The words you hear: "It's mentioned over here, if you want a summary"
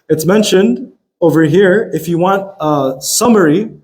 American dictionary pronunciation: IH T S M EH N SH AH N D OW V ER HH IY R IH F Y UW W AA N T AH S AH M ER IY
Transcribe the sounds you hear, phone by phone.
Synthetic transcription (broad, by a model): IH T S M EH N SH AH N D OW V ER HH IY R IH F Y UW W AA N T AH S AH M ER IY